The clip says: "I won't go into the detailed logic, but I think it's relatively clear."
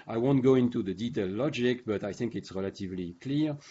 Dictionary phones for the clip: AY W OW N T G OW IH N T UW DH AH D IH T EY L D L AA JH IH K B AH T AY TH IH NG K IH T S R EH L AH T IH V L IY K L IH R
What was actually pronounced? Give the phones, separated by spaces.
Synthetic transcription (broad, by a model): AY W OW N T G OW IH N T UW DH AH D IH T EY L L AA JH IH K B AH T AY TH IH NG K IH T S R EH L AH T IH V L IY K L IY R